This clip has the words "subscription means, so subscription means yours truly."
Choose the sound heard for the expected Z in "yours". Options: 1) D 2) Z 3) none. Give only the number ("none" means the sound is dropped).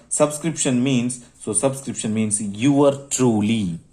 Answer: 3